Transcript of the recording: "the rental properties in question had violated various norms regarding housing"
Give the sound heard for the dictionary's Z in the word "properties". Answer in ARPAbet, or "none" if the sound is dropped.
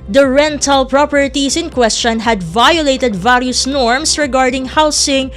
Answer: S